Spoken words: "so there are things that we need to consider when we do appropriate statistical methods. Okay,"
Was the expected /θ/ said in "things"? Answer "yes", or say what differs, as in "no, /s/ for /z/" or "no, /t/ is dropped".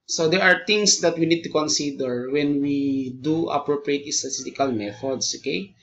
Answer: no, /t/ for /θ/